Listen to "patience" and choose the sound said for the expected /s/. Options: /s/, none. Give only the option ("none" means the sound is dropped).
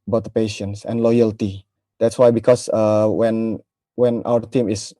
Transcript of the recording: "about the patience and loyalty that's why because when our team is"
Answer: /s/